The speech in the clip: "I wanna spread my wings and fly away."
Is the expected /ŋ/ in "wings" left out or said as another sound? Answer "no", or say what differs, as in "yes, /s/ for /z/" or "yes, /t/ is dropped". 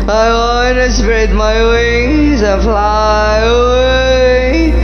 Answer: yes, /ŋ/ is dropped